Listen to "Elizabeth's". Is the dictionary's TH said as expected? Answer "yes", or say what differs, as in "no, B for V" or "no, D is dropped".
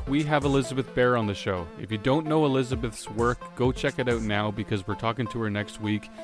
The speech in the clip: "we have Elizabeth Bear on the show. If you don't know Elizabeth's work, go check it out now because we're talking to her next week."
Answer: yes